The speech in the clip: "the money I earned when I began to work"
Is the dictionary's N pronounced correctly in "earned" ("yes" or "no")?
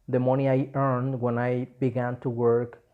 yes